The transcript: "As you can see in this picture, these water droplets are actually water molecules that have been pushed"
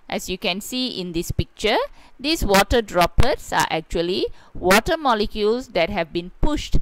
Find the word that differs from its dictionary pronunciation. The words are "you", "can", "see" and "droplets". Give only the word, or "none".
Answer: droplets